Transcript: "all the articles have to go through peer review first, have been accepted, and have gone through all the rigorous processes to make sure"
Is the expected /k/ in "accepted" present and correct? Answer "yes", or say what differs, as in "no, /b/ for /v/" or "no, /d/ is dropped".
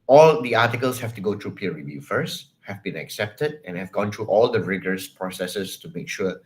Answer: yes